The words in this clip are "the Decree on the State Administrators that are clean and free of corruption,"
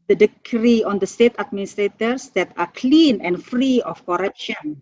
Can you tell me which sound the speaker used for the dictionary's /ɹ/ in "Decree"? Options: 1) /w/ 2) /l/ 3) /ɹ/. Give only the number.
3